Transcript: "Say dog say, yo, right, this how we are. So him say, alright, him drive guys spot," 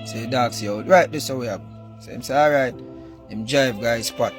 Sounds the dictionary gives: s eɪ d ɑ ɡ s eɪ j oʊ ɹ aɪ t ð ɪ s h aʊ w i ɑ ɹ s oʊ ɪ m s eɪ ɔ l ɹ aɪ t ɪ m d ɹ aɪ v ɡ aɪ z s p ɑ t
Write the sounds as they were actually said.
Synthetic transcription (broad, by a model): s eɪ d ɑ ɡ s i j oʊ ɹ aɪ t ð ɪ s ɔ w i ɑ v s oʊ ɪ m s eɪ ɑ ɹ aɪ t ɪ m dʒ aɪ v ɡ aɪ z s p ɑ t